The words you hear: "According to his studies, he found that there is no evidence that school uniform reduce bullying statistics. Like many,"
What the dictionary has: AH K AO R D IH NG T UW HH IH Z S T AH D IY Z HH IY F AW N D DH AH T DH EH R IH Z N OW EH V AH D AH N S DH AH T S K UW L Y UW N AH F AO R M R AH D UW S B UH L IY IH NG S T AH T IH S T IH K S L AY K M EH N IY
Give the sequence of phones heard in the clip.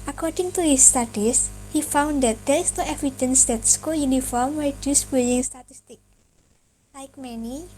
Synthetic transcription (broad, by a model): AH K AO R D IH NG T UW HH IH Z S T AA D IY S HH IY F AW N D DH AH T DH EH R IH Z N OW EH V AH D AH N S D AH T S K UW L Y UW N AH F AO R M W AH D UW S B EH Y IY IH NG S T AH T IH S T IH K L AY K M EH N IY